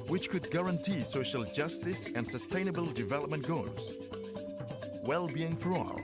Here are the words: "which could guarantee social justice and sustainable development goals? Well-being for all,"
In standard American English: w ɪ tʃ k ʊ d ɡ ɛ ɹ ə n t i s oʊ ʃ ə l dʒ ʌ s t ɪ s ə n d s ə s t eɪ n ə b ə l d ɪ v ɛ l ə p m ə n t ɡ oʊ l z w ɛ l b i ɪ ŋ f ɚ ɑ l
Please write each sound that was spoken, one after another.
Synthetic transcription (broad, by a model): w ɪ tʃ k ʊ d ɡ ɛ ɹ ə n t i s oʊ ʃ ə l dʒ ʌ s t ɪ s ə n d s ə s t eɪ n ə b ə l d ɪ v ɛ l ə p m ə n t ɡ oʊ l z w ɛ l b i ɪ ŋ f ɚ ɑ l